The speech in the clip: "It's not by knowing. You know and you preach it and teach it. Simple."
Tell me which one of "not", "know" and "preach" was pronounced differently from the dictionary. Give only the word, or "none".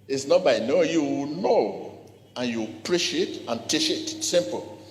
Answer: preach